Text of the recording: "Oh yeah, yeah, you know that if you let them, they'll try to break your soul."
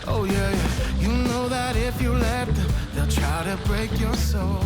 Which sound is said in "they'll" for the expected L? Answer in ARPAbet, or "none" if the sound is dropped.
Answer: L